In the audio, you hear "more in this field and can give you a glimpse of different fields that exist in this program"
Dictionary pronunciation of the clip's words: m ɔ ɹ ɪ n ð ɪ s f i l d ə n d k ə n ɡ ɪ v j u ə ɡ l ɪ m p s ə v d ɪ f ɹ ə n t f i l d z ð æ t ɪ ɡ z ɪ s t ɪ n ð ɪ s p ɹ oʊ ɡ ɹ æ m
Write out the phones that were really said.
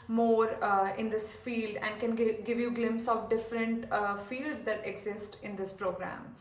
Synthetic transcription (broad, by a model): m ɔ ɹ ɪ n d ɪ s f i l d ə n d k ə n ɡ ɪ v j u ɡ l ɪ m p s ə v d ɪ f ɹ ə n t f i l d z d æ t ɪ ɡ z ɪ s t ɪ n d ɪ s p ɹ oʊ ɡ ɹ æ m